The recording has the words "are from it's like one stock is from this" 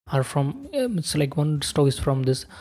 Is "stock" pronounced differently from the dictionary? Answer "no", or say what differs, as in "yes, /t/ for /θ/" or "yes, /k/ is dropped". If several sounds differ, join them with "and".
yes, /k/ is dropped